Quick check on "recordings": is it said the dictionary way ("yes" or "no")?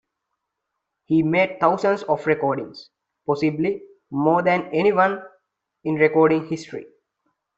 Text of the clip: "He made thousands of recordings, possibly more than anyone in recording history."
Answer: no